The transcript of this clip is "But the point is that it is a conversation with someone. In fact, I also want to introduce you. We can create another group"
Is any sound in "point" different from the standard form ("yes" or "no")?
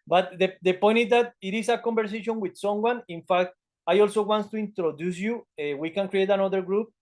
no